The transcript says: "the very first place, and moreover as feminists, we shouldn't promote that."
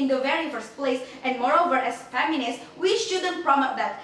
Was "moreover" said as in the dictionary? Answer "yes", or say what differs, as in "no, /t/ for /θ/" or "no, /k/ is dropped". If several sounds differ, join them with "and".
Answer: yes